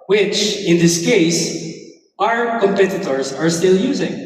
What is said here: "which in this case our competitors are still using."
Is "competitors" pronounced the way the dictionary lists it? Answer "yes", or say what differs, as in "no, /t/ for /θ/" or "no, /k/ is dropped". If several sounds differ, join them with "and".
yes